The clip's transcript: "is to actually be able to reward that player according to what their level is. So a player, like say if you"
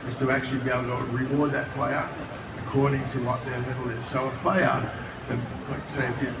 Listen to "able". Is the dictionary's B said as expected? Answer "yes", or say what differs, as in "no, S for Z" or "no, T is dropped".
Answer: no, B is dropped